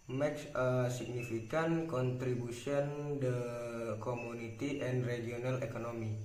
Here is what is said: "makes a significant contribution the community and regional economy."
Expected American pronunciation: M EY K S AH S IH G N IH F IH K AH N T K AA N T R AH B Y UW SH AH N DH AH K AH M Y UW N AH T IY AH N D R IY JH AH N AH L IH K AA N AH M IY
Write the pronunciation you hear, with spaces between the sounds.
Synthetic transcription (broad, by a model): M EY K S AH S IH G N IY F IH K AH N K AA N T R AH B UW S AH N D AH K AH M UW N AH T IY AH N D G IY AH N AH L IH K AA N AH M IY